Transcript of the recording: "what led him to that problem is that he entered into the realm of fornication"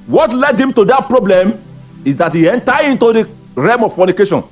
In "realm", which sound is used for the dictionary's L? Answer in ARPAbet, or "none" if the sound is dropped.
none